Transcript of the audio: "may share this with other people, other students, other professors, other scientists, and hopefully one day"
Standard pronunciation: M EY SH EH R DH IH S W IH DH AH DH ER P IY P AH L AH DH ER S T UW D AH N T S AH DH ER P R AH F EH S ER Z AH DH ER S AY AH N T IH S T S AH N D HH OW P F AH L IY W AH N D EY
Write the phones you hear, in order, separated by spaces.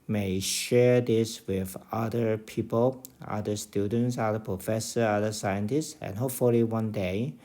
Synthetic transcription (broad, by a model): M EY SH EH R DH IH S W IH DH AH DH ER P IY P AH L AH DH ER S T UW D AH N T S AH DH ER P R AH F EH S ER AH DH ER S AY AH N T IH S T S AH N HH OW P F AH L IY W AH N D EY